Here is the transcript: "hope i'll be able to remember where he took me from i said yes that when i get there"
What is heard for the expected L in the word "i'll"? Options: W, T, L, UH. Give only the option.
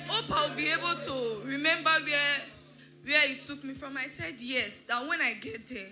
W